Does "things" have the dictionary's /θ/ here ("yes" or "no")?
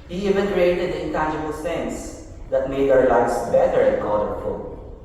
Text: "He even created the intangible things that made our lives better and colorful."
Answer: no